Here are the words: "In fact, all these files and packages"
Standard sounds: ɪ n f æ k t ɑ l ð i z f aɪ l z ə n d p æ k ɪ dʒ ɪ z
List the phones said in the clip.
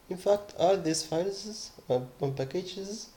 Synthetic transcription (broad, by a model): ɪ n f æ k t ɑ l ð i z f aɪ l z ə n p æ k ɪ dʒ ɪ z